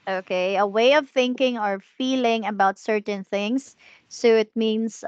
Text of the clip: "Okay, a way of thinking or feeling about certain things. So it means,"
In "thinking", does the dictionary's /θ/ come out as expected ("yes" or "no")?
yes